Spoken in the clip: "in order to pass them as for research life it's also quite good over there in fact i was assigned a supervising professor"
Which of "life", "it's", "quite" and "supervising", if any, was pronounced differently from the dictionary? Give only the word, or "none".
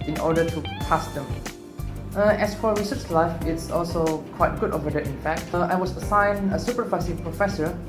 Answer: supervising